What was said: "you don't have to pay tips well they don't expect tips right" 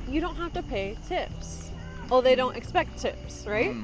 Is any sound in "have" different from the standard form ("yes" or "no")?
yes